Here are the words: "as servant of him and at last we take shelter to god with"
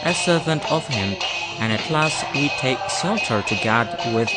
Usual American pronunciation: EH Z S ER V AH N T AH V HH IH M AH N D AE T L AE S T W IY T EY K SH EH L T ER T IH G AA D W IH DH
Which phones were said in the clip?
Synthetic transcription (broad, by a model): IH S ER V AH N T AH V HH IH M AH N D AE T L AE S T W IY T EY K S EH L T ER T IH G AA D W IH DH